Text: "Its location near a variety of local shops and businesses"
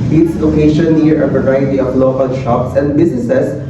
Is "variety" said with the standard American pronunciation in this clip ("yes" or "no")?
no